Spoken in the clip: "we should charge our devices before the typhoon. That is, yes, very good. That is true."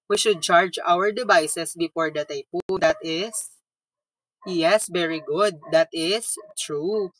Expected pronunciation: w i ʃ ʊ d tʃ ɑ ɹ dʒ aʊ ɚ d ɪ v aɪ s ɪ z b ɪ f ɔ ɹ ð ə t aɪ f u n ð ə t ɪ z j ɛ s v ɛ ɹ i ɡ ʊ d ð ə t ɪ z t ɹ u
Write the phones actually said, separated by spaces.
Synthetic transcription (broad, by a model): w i ʃ ʊ d tʃ ɑ ɹ dʒ aʊ ɚ d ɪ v aɪ s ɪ s b ɪ f ɔ ɹ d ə t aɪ p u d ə t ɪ s j ɛ s v ɛ ɹ i ɡ ʊ d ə t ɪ s t ɹ u